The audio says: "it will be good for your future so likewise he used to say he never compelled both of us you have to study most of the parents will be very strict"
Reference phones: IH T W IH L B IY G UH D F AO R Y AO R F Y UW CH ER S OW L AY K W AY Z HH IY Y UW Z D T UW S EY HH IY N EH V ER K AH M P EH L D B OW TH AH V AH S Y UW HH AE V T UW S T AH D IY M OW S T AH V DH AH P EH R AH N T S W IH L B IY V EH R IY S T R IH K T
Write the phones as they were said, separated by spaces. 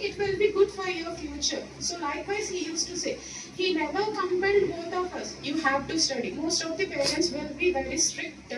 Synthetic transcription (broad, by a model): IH T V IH L B IY G UH D F AO R Y AO R F Y UW CH ER S OW L AY K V AY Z HH IY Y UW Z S T UW S EY HH IY N EH V ER K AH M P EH N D B OW T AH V AH S Y UW HH AE V T UW S T AH D IY M OW S T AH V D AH P EH R AH N T S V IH L B IY V EH R IY S T R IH K T